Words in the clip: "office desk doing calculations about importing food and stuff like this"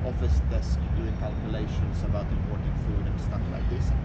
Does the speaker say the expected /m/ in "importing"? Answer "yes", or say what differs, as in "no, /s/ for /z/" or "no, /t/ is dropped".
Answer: no, /m/ is dropped